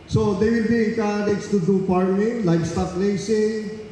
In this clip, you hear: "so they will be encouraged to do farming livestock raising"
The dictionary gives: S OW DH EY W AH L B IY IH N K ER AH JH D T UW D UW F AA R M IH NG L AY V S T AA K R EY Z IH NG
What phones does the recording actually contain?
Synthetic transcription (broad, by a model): S OW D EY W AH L B IY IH K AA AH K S T UW D UW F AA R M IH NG L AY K S T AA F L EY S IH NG